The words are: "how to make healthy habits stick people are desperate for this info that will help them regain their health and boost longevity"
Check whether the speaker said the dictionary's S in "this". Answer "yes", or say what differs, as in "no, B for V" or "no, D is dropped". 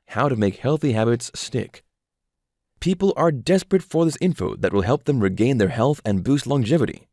yes